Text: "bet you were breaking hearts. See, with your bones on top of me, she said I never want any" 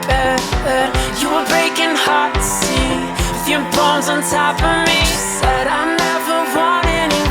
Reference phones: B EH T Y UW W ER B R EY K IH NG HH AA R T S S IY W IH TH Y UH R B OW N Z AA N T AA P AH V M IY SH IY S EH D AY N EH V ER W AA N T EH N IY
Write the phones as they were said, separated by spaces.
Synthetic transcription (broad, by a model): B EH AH Y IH W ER B R EY K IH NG HH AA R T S S IY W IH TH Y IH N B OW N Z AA N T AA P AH M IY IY S EH D AY N EH V ER W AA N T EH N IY